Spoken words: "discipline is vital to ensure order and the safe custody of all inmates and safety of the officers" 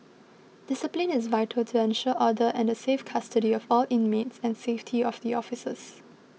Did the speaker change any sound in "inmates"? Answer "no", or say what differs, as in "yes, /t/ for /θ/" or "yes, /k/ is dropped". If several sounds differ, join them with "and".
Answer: no